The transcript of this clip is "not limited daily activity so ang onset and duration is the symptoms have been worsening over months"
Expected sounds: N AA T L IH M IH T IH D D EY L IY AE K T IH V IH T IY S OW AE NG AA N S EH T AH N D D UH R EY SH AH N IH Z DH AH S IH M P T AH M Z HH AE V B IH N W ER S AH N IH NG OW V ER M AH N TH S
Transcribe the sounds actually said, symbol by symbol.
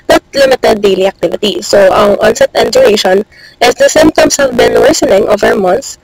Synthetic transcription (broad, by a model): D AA T L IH M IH T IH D D EY L IY AE K T IH V IH T IY S OW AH NG AA N S EH T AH N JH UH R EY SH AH N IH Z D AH S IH M P T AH M S HH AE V B IH N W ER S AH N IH NG OW V ER M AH N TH S